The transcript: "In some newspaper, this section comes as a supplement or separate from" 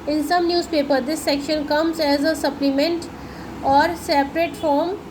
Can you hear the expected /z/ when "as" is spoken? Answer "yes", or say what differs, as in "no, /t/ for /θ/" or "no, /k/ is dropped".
yes